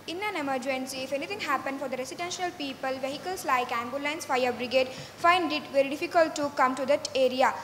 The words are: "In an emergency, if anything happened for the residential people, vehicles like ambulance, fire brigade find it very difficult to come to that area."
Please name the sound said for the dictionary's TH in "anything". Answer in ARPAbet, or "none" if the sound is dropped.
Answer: T